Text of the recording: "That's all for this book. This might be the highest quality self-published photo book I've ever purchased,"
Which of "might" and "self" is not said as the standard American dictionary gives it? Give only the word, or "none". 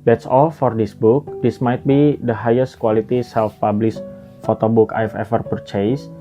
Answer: none